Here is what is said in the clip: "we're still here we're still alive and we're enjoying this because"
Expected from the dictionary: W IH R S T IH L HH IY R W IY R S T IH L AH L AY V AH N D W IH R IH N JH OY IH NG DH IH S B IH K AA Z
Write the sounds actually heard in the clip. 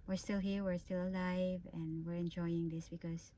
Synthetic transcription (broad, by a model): W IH R S T IH L HH IY R W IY R S T IH L AH L AY V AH N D W IH R IH N JH OY IH NG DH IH S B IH K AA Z